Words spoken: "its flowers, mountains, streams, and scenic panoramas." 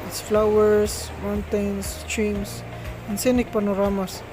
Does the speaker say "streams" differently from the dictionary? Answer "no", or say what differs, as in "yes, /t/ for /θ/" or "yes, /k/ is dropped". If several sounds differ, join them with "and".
yes, /s/ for /z/